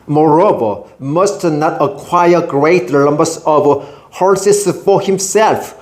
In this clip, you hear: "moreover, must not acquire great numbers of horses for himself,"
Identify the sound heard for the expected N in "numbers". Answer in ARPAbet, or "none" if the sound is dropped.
L